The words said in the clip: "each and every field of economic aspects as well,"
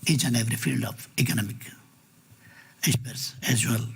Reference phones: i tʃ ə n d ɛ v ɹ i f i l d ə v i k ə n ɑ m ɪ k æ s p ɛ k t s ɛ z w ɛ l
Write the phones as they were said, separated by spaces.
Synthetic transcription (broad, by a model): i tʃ ə n d ɛ v ɹ i f i l d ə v i k ə n ɑ m ɪ k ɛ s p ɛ t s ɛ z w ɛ l